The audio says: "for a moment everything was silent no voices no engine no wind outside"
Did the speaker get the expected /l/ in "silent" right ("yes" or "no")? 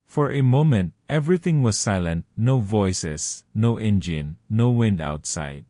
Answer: yes